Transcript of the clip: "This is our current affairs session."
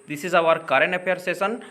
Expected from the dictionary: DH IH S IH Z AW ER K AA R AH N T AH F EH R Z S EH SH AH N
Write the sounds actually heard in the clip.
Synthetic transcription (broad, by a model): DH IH S IH Z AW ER K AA R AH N AH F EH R S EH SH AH N